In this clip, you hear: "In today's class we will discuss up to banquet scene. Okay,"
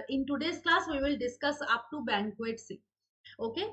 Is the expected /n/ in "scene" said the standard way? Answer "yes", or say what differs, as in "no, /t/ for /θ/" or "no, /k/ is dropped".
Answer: no, /n/ is dropped